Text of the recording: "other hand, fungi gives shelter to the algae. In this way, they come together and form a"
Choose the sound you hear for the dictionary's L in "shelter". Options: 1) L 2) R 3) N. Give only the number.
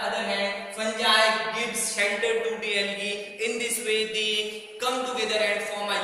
3